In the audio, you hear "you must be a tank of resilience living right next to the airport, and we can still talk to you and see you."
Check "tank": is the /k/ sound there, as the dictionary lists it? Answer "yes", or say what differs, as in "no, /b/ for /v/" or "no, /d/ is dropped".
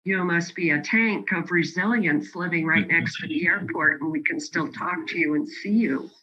yes